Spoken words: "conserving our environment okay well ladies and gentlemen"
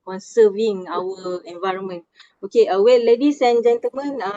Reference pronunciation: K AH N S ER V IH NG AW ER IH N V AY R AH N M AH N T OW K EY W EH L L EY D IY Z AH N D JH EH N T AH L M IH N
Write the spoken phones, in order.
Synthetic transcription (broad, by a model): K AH N S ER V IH NG AW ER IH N V AY R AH N M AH N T OW K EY W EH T L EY D IY S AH N JH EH N T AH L M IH N